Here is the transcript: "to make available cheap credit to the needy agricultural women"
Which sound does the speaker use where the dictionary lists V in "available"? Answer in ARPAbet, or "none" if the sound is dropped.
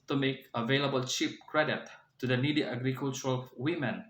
V